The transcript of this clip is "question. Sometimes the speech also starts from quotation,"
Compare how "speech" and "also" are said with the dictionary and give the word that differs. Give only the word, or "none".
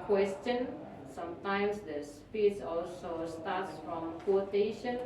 speech